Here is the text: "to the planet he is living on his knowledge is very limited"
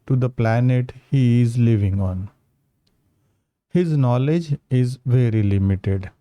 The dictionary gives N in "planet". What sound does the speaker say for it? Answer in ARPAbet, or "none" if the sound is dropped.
N